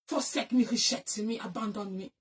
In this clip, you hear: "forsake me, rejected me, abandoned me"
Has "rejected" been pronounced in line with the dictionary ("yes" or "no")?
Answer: no